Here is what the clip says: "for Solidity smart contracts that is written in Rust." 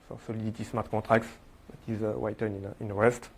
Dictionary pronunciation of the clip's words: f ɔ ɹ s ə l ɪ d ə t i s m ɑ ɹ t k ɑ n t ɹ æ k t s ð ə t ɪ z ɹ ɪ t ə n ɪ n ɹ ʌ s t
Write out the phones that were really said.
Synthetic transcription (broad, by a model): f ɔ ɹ s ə l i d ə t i s m ɑ ɹ t k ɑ t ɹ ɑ k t s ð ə t ɪ z w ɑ t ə n ɪ n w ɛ s t